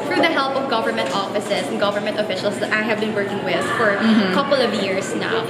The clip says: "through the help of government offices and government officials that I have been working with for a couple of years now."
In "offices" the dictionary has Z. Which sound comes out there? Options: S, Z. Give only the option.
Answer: S